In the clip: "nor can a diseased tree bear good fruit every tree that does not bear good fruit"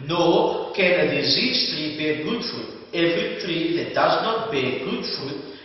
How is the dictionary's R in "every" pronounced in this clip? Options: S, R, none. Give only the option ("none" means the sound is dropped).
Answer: none